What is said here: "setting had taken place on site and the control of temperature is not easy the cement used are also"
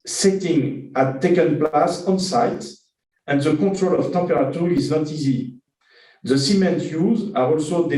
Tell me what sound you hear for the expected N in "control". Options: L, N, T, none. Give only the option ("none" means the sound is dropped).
none